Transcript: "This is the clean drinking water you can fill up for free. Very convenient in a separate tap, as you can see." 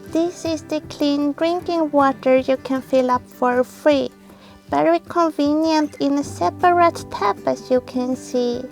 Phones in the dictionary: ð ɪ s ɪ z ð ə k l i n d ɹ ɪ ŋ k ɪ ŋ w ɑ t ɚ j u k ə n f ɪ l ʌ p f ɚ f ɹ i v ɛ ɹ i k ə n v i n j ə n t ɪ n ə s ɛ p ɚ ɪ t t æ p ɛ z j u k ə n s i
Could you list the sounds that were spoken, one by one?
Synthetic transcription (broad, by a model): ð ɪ s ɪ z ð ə k l i n d ɹ ɪ ŋ k ɪ ŋ w ɑ t ɚ j u k ə n f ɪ l ʌ p f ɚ f ɹ i v ɛ ɹ i k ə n v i n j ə n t ɪ n ə s ɛ p ɚ ɪ t t æ p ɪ s j u k ə n s i